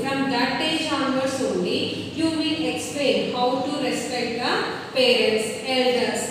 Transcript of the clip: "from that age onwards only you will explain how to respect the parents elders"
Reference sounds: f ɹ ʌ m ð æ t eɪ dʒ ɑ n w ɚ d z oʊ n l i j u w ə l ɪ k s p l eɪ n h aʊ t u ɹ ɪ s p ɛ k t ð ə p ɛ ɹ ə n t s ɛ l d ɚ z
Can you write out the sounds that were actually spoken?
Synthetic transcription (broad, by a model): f ɹ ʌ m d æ t eɪ dʒ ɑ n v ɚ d s oʊ n l i j u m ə n ɪ k s p l eɪ n h aʊ t u ɹ ɪ s p ɛ k t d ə p ɛ ɹ ə n t s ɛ l d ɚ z